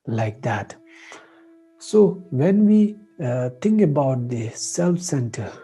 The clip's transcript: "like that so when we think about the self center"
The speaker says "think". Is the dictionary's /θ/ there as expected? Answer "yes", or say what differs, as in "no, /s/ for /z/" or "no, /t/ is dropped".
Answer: no, /t/ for /θ/